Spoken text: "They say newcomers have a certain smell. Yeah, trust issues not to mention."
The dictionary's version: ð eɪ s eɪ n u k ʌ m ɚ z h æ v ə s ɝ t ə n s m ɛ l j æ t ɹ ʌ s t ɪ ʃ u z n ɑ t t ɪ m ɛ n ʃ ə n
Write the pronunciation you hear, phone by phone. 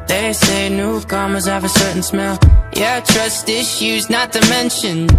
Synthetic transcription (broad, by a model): ð eɪ s eɪ n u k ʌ m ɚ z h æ v ə s ɝ t n s m ɛ l j æ t ɹ ʌ s t ɪ ʃ u z n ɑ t t ɪ m ɛ n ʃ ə n